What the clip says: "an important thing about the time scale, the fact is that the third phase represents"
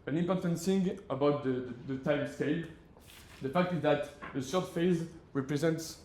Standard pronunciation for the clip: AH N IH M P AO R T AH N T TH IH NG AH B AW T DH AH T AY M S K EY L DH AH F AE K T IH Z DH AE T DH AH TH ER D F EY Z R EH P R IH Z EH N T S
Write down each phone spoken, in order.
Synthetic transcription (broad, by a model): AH N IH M P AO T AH N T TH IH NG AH B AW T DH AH T AY M S K EY L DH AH F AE K T IH Z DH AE T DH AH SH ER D F EY Z R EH P R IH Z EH N T S